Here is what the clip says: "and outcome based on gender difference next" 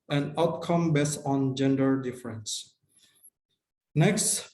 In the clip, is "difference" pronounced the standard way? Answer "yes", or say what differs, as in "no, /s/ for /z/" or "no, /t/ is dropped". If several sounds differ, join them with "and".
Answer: yes